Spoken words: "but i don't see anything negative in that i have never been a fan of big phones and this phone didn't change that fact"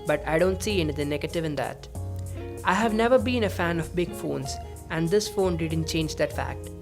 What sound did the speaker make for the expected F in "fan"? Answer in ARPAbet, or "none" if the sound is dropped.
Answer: F